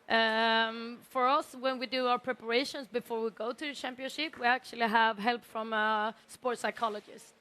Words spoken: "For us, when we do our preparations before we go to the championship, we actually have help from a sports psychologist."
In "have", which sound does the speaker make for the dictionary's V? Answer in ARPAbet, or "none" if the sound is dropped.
V